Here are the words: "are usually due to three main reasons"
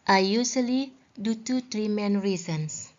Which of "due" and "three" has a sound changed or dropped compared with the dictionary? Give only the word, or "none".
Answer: three